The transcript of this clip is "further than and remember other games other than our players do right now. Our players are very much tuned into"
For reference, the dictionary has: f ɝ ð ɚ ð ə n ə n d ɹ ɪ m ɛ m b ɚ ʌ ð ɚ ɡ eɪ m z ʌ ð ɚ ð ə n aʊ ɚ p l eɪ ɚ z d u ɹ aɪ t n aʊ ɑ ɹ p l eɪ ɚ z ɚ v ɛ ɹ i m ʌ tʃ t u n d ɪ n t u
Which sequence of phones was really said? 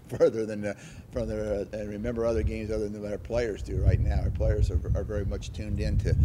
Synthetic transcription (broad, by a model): f ɝ ð ɚ ð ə n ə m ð ɹ ɪ m ɛ m b ɚ ʌ ð ɚ ɡ eɪ m z ʌ ð ɚ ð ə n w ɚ p l eɪ ɚ z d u ɹ aɪ t n aʊ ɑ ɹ p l eɪ ɚ z ɚ v ɛ ɹ i m ʌ tʃ t u n d ɪ n t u